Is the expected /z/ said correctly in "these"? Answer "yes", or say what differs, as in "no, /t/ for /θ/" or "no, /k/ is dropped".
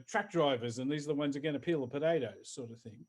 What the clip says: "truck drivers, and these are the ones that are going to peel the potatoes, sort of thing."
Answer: yes